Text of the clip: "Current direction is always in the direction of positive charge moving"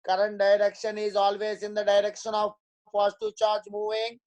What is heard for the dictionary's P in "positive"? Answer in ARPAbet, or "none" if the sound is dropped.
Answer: F